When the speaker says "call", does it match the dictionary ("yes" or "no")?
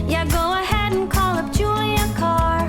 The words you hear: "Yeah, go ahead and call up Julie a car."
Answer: yes